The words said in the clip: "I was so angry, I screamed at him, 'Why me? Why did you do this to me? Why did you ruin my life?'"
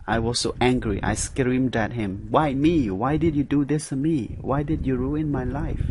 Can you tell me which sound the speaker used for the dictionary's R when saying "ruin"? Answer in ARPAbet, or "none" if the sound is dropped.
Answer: R